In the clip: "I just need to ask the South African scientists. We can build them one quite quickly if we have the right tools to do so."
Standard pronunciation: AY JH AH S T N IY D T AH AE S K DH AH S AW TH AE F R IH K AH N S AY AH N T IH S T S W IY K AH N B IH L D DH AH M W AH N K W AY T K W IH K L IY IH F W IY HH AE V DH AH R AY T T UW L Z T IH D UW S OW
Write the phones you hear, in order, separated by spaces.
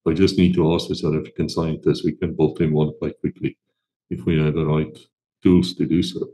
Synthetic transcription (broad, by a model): AY JH AH S T N IY D T AH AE S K DH AH S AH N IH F IH K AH N S AY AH N T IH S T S W IY K AH N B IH L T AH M W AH N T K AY K W IH K L IY IH F W IY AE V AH R AY T T UW L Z T IH D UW S OW